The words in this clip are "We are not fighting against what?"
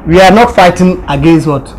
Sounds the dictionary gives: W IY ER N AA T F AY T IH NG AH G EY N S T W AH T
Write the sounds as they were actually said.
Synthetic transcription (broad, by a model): W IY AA N AA T F AY T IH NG AH G EY N S T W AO T